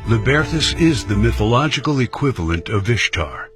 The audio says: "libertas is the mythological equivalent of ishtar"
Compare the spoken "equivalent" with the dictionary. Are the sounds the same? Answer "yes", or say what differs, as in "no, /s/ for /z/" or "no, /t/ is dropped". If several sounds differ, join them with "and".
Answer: yes